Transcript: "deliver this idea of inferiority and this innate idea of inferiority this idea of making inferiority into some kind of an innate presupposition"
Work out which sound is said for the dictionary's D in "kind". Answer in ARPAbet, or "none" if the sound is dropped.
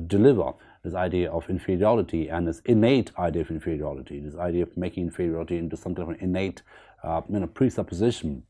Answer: none